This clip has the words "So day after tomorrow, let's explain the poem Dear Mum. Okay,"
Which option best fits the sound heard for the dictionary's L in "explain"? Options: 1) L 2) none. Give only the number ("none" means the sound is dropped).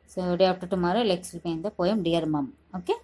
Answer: 2